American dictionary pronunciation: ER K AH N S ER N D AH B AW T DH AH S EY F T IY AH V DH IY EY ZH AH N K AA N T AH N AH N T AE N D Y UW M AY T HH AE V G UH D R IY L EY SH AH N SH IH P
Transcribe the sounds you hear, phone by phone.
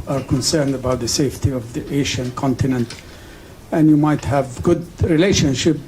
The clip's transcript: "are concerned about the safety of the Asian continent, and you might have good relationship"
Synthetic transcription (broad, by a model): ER K AH N S ER N D AH B AW T DH AH S EY F T IY AH V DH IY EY SH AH N K AA N T AH N AH N T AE N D Y UW M AY T HH AE V G UH D R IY L EY SH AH N SH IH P